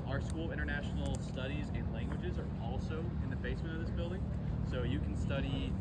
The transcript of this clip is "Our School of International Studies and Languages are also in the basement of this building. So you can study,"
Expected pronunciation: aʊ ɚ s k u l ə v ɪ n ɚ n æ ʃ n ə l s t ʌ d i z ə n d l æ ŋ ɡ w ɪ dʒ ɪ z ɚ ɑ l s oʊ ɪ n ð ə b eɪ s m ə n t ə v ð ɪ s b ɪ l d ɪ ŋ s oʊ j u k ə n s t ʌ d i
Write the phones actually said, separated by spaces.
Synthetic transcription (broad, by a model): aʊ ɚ s k u l ɪ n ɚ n æ ʃ n l s t ʌ d i z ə n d l æ ŋ ɡ w ɪ dʒ ɪ z ɚ ɑ l s oʊ ɪ n ð ə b eɪ s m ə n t ə v ð ɪ s b ɪ l d ɪ ŋ s oʊ j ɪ k n s t ʌ d i